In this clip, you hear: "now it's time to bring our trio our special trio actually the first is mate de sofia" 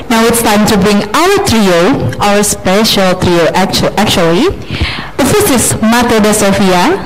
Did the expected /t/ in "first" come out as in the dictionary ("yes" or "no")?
no